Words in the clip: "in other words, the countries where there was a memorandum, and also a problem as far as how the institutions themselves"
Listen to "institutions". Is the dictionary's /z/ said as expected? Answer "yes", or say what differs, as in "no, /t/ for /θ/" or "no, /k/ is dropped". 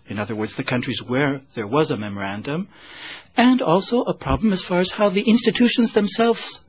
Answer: yes